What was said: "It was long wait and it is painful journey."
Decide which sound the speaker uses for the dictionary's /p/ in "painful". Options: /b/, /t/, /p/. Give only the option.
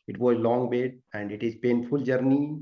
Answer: /p/